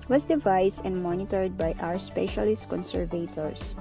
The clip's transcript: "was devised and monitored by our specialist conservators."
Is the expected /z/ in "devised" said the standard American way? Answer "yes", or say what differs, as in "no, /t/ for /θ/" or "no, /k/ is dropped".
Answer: no, /s/ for /z/